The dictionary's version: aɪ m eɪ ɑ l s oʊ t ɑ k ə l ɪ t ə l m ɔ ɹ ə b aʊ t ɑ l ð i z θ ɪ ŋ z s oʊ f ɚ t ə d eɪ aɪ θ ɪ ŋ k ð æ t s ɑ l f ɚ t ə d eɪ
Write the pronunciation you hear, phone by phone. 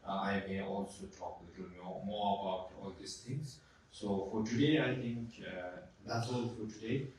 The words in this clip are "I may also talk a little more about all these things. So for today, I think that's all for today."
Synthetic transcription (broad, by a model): aɪ m eɪ ɑ l s oʊ t ɑ k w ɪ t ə n m ɔ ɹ ə b aʊ t ɑ l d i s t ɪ ŋ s s oʊ f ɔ t ə d eɪ aɪ t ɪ ŋ k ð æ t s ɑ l f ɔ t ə d eɪ